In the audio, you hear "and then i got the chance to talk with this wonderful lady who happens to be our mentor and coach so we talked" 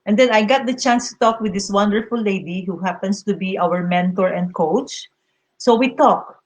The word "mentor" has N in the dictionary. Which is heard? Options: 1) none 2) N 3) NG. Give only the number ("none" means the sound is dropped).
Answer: 2